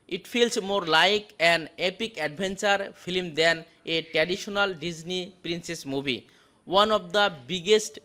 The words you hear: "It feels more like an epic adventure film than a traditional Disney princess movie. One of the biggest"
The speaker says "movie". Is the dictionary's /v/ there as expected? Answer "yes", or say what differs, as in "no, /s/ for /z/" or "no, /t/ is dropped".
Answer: no, /b/ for /v/